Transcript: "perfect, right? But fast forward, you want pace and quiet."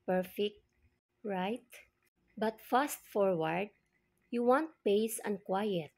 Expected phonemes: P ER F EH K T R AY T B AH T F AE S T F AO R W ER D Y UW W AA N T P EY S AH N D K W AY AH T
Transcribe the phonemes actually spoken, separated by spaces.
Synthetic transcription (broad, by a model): P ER F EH K T R AY T B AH T F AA S T F AO R W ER D Y UW W AA N T P EY S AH N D K W AY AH T